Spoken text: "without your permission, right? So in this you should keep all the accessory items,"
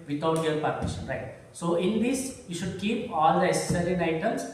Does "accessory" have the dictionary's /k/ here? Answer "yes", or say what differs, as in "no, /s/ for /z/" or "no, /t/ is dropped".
no, /k/ is dropped